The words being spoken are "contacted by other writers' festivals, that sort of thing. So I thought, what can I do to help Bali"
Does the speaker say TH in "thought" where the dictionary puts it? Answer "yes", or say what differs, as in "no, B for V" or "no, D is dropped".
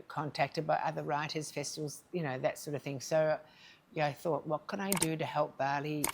yes